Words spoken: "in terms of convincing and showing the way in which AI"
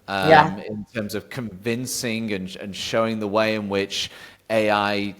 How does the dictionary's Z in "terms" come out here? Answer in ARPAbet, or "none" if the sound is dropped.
Z